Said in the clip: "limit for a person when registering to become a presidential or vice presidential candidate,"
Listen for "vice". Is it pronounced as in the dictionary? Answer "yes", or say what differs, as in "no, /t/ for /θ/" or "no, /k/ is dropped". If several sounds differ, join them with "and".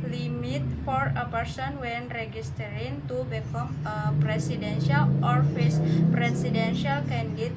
no, /f/ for /v/